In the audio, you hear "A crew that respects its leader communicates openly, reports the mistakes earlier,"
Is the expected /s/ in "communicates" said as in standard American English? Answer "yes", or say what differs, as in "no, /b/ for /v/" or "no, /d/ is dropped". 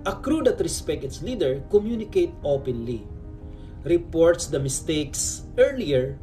no, /s/ is dropped